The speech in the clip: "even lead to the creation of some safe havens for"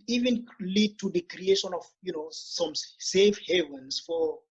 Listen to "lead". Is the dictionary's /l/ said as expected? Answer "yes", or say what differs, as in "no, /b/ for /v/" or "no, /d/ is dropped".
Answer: yes